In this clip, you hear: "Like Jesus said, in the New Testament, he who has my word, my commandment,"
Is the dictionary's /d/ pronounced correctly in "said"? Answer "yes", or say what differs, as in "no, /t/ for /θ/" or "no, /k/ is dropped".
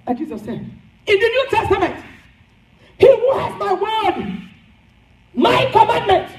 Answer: no, /d/ is dropped